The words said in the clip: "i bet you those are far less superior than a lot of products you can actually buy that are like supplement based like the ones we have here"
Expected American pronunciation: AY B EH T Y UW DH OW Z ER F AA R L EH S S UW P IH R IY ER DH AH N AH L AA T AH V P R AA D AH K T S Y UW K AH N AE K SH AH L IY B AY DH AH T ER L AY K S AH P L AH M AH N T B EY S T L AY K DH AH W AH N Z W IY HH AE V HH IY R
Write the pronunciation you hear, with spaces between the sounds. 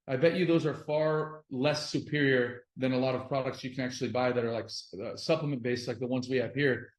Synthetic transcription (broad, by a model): AY B EH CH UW DH OW Z ER F AA R L EH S S UW P IH R IY ER DH AH N AH L AA T AH V P R AA D AH K T S Y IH K AH N AE K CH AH L IY B AY DH AH T ER L AY K S AH P L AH M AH N B EY S T L AY K DH AH W AH N Z W IY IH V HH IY R